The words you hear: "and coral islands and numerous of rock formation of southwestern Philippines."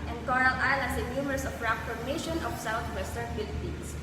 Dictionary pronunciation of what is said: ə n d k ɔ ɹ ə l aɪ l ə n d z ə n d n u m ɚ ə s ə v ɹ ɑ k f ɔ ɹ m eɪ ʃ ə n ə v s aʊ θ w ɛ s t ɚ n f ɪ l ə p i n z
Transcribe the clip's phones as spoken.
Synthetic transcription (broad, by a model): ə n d k ɔ ɹ ə l aɪ l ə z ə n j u m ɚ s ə p ɹ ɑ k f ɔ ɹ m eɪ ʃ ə n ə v s aʊ t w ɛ s t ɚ n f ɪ l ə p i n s